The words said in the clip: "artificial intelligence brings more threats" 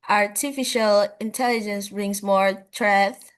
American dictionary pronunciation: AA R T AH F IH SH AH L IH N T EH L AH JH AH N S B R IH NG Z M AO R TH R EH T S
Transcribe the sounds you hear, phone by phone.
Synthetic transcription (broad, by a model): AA R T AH F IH SH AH L IH N T EH L AH JH AH N S B R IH NG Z M AO R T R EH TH